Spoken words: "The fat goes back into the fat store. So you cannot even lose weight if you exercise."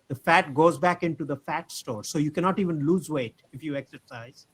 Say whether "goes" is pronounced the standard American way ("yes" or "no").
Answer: yes